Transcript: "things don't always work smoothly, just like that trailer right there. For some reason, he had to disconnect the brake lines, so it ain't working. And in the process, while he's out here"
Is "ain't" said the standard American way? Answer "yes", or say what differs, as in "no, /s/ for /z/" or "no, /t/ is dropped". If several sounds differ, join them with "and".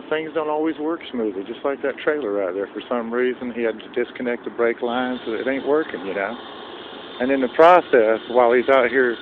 yes